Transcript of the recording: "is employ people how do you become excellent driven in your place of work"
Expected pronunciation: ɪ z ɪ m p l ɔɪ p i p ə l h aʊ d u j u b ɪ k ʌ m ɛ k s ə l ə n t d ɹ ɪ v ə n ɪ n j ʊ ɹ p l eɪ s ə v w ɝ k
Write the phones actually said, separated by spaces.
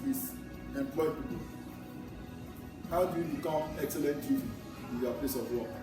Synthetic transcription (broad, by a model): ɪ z ɪ m p l ɔɪ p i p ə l h aʊ d u j u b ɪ k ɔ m ɛ k s ə l ə n t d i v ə ɪ n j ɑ p l eɪ s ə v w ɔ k